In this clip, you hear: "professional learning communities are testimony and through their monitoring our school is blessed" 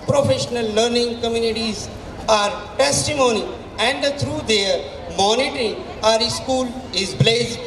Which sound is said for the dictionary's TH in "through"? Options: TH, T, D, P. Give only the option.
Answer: T